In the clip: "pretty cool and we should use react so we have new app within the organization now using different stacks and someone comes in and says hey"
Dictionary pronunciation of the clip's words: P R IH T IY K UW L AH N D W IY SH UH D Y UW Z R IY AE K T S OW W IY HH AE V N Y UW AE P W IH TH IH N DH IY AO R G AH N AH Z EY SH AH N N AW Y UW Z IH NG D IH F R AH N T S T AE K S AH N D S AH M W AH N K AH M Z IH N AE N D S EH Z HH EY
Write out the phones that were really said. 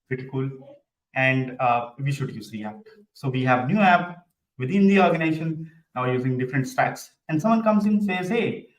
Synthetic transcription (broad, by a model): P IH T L K UW L AH N D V IY SH UH D Y UW Z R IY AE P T S OW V IY HH AE V N Y UW AE P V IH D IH N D IY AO R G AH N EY SH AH N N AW Y UW Z IH NG D IH F R AH N T S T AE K S AH N D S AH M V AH N K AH M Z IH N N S EH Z HH EY